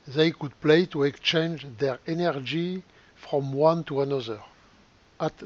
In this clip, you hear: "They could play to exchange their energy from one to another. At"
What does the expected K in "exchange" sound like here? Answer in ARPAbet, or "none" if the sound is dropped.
K